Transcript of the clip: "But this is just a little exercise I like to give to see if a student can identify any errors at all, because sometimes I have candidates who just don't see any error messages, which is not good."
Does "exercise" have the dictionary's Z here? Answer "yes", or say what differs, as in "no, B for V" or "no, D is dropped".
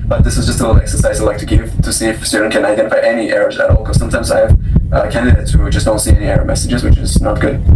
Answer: yes